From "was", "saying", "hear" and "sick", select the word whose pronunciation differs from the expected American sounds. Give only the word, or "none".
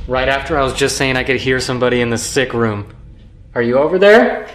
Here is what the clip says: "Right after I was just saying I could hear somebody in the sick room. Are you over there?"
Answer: none